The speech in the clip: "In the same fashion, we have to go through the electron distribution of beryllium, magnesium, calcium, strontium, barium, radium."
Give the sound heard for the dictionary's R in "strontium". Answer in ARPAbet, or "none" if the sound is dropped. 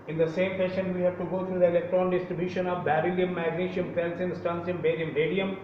none